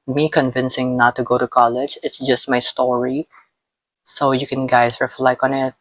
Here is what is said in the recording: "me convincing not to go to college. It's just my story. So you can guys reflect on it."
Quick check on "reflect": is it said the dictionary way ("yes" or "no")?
no